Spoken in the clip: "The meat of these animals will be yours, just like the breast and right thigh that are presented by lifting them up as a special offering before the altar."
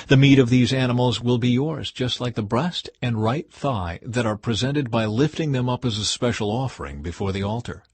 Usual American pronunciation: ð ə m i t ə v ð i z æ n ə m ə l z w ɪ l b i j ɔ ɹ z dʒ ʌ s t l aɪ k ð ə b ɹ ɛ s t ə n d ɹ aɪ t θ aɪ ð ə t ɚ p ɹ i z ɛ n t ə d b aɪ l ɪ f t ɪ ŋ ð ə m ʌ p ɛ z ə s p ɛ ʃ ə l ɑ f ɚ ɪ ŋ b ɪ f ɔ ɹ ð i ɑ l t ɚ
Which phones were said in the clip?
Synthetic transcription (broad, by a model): ð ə m i t ə v ð i z æ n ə m l z w ɪ l b i j ɔ ɹ z dʒ ʌ s t l aɪ k ð ə b ɹ ɛ s t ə n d ɹ aɪ t θ aɪ ð ə t ɚ p ɹ i z ɛ n t ə d b aɪ l ɪ f t ɪ ŋ ð ə m ʌ p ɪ z ə s p ɛ ʃ l ɑ f ɚ ɪ ŋ b ɪ f ɔ ɹ ð i ɑ l t ɚ